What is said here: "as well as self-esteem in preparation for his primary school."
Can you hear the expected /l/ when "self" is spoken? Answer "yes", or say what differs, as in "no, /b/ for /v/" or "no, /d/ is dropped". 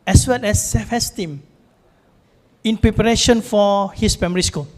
no, /l/ is dropped